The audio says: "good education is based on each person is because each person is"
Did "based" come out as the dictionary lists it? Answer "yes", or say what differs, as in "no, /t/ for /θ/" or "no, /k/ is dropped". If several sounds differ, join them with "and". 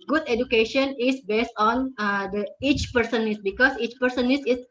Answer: yes